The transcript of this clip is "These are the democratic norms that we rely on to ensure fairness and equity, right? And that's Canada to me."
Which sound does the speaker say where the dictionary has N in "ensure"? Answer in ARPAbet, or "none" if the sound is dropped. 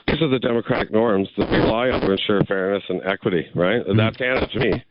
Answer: N